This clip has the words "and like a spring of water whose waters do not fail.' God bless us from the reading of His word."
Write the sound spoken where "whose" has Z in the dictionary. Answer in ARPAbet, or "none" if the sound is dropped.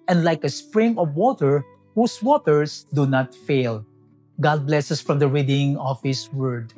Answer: S